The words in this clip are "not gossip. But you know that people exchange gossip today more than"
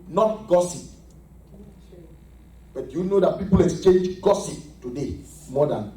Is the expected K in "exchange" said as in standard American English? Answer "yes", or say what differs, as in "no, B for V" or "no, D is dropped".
yes